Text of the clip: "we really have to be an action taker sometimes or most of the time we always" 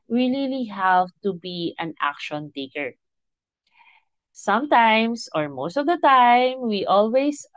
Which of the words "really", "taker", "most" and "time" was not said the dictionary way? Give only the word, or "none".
really